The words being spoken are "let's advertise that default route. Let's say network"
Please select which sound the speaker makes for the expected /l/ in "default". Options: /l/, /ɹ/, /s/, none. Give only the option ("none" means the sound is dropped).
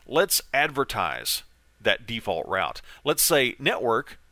/l/